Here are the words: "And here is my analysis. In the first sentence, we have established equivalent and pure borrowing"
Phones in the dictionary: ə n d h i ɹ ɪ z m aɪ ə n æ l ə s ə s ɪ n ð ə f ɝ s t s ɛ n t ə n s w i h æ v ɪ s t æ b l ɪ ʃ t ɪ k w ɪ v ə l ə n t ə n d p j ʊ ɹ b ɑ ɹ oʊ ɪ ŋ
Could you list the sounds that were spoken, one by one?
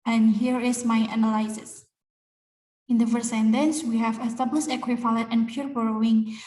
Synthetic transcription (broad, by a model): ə n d h i ɹ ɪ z m aɪ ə n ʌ l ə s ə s ɪ n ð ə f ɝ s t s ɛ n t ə n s w i h æ v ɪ s t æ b l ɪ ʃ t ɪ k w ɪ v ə l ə t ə n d p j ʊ ɹ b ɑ ɹ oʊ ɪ ŋ